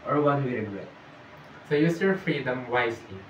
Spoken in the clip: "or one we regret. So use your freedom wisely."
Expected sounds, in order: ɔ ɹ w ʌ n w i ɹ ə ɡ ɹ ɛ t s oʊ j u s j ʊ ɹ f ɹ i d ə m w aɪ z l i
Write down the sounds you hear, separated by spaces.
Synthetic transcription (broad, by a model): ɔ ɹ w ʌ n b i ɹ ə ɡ l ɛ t s oʊ j u s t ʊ l f ɹ i d ə m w aɪ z l i